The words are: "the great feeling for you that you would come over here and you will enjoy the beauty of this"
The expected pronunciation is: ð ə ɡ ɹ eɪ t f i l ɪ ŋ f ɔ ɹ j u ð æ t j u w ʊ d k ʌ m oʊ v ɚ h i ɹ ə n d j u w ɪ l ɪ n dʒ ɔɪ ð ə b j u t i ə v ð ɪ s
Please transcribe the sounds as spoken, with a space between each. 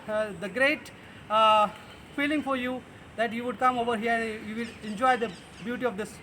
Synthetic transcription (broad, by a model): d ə ɡ ɹ eɪ t f i l ɪ ŋ f ɔ ɹ j u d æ t j u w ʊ d k ʌ m oʊ v ɚ h i ɹ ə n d j u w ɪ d ɪ n dʒ ɔɪ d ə b j u t i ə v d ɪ s